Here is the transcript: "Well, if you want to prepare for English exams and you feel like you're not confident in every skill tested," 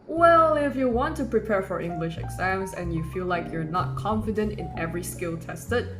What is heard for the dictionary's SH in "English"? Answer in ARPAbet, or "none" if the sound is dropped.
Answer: SH